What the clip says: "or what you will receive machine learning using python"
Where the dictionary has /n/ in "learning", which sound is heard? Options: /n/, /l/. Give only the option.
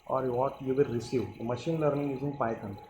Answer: /n/